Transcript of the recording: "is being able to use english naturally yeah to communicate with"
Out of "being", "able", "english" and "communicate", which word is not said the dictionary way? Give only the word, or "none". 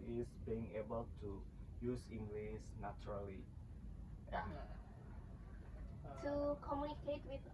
english